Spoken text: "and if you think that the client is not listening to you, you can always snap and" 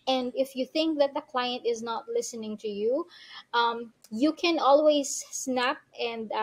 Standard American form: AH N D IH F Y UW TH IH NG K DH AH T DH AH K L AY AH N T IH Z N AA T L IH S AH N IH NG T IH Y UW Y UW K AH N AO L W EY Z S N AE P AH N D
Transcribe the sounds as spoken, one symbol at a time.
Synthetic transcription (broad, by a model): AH N D IH F Y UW TH IH NG K DH AH T DH AH K L AY AH N T IH Z N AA T L IH S AH N IH NG T IH Y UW Y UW K AH N AO L W EY Z S N AE P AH N D